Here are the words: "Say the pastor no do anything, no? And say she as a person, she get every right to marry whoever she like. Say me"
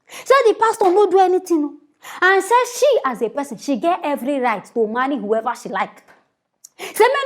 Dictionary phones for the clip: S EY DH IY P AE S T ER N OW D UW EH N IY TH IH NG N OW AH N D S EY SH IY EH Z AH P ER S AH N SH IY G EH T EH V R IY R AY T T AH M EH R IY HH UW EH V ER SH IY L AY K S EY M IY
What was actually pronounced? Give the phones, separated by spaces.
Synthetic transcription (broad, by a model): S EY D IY P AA S T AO N OW D UW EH N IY T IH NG N OW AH N S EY SH IY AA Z AH P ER S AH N SH IY G EH T EH V R IY R AY T T AH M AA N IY HH UW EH V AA SH IY L AY K S EY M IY